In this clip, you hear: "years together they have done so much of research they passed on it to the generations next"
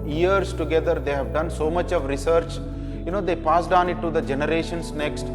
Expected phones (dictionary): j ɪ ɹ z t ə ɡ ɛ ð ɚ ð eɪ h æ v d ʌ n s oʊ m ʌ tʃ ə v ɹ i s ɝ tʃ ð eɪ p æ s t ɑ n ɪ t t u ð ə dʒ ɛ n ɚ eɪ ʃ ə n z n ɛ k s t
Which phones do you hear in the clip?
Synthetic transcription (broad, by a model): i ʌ ɹ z t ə ɡ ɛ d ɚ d eɪ h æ v d ʌ n s oʊ m ʌ tʃ ə v ɹ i s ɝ tʃ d eɪ p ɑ s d ɑ n ɪ t t u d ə dʒ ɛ n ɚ eɪ ʃ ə n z n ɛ k s t